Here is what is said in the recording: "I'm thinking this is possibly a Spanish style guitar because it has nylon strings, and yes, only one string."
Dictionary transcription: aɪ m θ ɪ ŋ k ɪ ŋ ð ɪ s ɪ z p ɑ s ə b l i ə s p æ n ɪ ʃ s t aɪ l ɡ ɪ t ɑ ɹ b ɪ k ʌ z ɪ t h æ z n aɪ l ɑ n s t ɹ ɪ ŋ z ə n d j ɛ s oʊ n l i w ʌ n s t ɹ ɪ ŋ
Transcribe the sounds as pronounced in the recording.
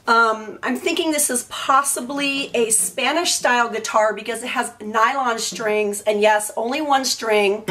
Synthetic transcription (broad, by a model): aɪ m θ ɪ ŋ k ɪ ŋ ð ɪ s ɪ z p ɑ s ə b l i ə s p æ n ɪ ʃ s t aɪ l ɡ ɪ t ɑ ɹ b ɪ k ʌ z ɪ t h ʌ z n aɪ l ɑ n s t ɹ ɪ ŋ z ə n j ɛ s oʊ n l i w ʌ n s t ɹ ɪ ŋ